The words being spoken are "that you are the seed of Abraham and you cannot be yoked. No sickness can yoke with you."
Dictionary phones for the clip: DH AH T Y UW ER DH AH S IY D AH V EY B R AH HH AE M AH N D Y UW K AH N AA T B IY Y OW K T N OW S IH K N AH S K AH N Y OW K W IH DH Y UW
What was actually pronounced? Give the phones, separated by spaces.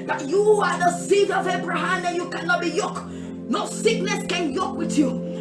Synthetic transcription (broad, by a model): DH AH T Y UW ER DH AH S IY D AH V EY B R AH HH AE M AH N Y UW K AH N AA T B IY Y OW K N OW S IH K N AH S K AH N Y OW K W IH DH Y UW